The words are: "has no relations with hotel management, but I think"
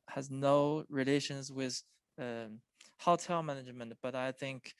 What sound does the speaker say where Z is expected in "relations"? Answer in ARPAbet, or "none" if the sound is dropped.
Z